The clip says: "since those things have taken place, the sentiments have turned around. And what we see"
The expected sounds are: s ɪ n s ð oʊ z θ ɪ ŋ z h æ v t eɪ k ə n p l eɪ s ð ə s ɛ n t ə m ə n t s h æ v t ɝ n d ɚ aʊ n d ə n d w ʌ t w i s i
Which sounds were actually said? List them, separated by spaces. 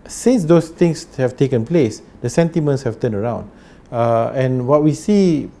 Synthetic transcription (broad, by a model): s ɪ n s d oʊ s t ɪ ŋ s h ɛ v t eɪ k ə n p l eɪ s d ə s ɛ n t ə m ə n t s h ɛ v t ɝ n ɚ aʊ n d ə n w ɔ t w i s i